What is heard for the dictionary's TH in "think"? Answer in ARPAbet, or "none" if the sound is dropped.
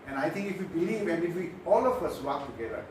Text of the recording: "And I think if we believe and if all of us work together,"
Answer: T